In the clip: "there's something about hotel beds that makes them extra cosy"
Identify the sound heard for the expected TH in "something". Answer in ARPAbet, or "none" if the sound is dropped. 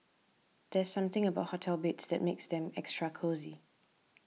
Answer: TH